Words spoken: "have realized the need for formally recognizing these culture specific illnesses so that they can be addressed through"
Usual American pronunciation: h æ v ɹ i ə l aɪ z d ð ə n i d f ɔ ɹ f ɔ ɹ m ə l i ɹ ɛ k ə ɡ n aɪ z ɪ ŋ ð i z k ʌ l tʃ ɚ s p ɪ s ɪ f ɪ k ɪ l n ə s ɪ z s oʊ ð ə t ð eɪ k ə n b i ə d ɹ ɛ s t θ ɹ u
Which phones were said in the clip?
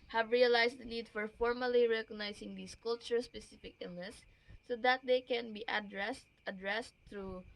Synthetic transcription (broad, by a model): h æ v ɹ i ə l aɪ s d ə n i d f ɔ ɹ f ɔ ɹ m ə l i ɹ ɛ k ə ɡ n aɪ s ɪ ŋ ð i s k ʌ l tʃ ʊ s p ɪ s ɪ f ɪ k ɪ l n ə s s oʊ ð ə t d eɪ k ə n b i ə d ɹ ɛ s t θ ɹ u